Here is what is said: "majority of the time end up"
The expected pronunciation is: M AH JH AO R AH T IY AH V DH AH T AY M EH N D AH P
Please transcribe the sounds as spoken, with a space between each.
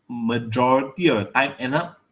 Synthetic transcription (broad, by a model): M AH JH AO R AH T IY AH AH T AY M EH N AH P